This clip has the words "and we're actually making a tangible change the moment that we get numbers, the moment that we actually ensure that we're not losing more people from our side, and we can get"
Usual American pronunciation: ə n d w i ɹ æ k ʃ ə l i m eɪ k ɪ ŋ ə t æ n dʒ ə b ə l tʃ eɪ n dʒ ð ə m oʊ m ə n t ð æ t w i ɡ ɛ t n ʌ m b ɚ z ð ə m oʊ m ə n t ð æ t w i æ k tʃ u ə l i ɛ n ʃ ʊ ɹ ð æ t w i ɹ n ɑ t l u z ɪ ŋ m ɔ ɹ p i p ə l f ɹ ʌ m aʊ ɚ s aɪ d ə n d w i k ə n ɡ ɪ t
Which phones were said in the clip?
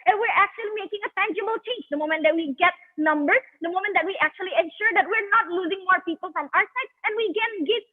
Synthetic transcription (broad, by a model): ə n w i ɹ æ k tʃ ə l i m eɪ k ɪ ŋ ə t æ n dʒ ə b ə l tʃ eɪ n dʒ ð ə m oʊ m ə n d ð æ t w i ɡ ɛ t n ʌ m b ɚ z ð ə m oʊ m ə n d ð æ t w i æ k tʃ u ə l i ɛ n ʃ ʊ ɹ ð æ t w i ɹ n ɑ t l u z ɪ ŋ m ɔ ɹ p i p ə l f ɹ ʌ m aʊ ɚ s aɪ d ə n w i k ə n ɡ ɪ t